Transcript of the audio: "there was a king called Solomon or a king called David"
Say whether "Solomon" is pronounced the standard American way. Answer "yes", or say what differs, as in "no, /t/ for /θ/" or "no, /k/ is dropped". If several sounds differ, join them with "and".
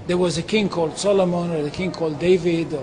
yes